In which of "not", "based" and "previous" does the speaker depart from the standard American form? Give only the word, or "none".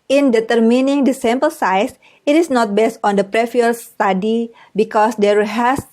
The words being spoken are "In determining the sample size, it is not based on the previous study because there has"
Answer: previous